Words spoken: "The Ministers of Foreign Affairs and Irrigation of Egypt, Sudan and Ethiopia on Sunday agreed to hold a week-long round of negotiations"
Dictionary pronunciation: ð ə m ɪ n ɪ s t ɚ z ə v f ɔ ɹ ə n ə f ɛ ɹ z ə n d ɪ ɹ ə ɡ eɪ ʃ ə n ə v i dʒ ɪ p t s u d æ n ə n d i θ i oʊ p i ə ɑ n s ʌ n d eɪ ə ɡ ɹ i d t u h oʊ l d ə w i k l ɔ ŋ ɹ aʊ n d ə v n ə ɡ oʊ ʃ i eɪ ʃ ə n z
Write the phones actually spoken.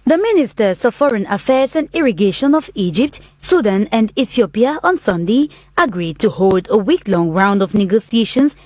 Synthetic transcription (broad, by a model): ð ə m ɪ n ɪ s t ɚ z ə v f ɔ ɹ ə n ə f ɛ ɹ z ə n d ɪ ɹ ə ɡ eɪ ʃ ə n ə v i dʒ ɪ p t s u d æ n ə n d i θ i oʊ p i ə ɑ n s ʌ n d eɪ ə ɡ ɹ i d t u h oʊ l d ə w i k l ɔ ŋ ɹ aʊ n d ə v n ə ɡ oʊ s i eɪ ʃ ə n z